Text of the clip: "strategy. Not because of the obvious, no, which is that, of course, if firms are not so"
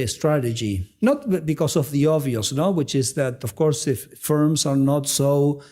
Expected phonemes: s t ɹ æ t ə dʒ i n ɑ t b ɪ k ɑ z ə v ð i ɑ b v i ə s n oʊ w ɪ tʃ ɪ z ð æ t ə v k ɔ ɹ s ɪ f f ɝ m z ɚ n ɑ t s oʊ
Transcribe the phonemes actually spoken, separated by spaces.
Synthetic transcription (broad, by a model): s t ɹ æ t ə dʒ i n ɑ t b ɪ k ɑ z ə v ð i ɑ v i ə s n oʊ w ɪ tʃ ɪ z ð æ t ə v k ɔ ɹ s ɪ f f ɝ m z ɚ n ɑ t s oʊ